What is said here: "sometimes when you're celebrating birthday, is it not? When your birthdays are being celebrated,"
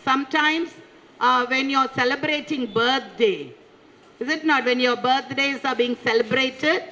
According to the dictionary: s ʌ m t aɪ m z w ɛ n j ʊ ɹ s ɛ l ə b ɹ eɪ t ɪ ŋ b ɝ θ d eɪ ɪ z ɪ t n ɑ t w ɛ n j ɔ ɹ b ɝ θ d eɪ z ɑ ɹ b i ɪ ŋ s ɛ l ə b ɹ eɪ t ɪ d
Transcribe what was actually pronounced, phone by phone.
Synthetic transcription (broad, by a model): s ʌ m t aɪ m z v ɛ n j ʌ ɹ s ɛ l ə b ɹ eɪ t ɪ ŋ b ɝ t d eɪ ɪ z ɪ t n ɑ t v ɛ n j ɔ ɹ b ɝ t d eɪ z ɑ ɹ b i ɪ ŋ s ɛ l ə b ɹ eɪ t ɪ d